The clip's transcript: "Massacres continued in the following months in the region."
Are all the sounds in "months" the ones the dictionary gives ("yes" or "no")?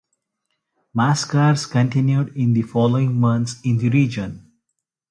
no